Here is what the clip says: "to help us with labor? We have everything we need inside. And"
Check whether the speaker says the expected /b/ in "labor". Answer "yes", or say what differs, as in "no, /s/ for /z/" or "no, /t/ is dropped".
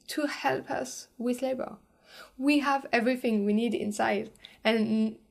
yes